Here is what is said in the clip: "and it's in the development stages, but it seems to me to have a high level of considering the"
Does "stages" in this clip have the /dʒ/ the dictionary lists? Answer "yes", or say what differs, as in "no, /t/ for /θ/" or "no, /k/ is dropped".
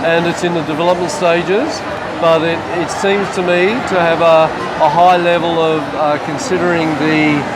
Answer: yes